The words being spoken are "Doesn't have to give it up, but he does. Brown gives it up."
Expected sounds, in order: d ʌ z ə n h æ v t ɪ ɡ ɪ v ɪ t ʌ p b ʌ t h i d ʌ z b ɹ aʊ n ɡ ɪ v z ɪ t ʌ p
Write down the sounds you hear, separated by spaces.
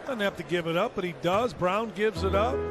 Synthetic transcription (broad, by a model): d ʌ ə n h æ f t ɪ ɡ ɪ v ɪ t ʌ p b ʌ t h i d ʌ z b ɹ aʊ n ɡ ɪ v z ɪ t ʌ p